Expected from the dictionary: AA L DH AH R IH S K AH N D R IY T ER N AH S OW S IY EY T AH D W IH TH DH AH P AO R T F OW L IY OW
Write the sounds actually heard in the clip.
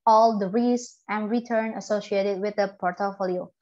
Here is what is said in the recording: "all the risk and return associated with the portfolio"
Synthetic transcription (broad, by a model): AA L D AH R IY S AH N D R IY T ER N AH S OW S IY EY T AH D W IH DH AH P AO R T F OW L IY OW